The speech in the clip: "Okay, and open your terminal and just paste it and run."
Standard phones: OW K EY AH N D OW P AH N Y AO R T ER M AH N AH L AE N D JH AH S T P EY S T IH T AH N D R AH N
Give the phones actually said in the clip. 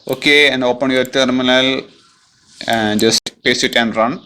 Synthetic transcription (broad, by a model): OW K EY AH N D OW P AH N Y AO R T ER M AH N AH L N JH AH S T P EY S IH T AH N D R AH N